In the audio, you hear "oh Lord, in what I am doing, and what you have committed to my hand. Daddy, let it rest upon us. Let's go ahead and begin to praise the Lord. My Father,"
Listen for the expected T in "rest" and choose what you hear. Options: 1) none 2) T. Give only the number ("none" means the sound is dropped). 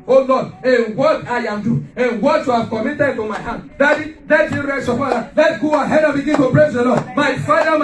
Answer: 1